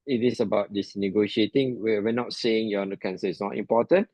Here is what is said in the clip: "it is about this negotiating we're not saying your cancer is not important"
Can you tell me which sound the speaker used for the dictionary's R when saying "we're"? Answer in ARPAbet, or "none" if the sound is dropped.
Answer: W